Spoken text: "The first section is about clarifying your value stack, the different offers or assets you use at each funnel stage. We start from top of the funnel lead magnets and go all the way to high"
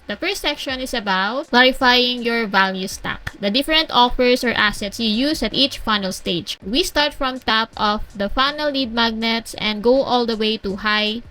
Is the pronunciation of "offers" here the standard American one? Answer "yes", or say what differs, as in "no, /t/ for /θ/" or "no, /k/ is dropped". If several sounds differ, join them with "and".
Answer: no, /s/ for /z/